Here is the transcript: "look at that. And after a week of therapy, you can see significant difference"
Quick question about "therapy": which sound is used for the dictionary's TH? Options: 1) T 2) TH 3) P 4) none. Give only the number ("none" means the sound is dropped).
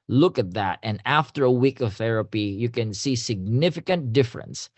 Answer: 2